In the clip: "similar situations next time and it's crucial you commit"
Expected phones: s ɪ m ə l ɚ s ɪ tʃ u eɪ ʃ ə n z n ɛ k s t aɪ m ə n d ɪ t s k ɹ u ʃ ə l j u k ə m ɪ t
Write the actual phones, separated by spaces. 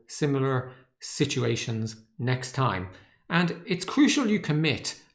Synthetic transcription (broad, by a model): s ɪ m l ɚ s ɪ tʃ u eɪ ʃ ə n z n ɛ k s t aɪ m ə n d ɪ t s k ɹ u ʃ ə l j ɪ k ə m ɪ t